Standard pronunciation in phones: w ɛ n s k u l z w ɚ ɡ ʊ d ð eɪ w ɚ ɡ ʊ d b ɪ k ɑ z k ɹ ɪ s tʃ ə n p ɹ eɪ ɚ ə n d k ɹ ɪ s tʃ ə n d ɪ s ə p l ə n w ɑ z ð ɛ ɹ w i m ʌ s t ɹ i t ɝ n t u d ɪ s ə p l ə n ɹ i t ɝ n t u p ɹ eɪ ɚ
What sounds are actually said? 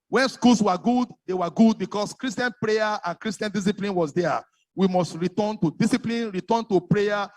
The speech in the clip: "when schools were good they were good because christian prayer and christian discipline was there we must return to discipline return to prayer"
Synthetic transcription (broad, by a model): w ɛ n s k u l s w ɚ ɡ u d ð eɪ w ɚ ɡ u d b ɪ k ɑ s k ɹ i s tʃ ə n p ɹ eɪ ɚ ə n k ɹ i s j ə n d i s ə p l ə n w ɑ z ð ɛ w i m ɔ s t ɹ i t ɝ n t u d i s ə p l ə n ɹ i t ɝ n t u p ɹ eɪ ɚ